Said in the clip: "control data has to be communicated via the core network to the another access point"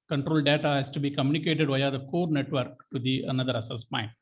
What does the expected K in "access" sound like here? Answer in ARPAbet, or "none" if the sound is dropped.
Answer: none